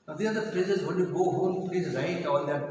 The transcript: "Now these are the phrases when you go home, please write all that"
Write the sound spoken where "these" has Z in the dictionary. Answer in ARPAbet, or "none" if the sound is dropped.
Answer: none